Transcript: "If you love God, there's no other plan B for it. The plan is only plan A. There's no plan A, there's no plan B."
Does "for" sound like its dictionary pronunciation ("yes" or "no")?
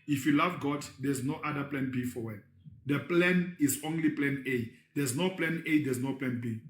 no